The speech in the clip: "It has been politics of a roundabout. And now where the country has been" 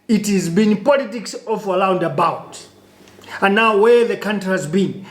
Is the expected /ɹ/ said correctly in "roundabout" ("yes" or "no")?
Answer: no